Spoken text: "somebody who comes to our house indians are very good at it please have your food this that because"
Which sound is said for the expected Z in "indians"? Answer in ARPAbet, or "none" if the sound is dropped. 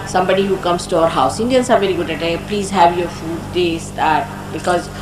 S